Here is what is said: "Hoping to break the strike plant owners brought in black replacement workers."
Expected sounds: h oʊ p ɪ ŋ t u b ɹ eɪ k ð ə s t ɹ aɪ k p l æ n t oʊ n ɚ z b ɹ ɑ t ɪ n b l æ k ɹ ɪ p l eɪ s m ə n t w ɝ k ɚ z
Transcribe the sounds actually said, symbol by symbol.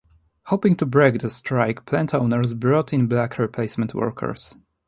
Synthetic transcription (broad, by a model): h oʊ p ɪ ŋ t u b ɹ eɪ k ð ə s t ɹ aɪ k p l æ n t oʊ n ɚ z b ɹ ɑ t ɪ n b l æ k ɹ ɪ p l eɪ s m ə n t w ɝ k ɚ s